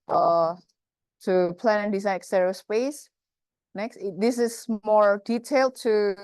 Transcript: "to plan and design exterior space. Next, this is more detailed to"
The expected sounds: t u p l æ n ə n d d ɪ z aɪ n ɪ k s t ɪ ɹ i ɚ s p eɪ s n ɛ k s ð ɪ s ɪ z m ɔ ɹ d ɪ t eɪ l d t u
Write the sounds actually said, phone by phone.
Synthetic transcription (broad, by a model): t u p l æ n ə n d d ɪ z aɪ ɪ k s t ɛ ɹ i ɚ s p eɪ s n ɛ k s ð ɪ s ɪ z m ɔ ɹ d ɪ t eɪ l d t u